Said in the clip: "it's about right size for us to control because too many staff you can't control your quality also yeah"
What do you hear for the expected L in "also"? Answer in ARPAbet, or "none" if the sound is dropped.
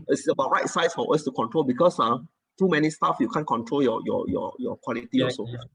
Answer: none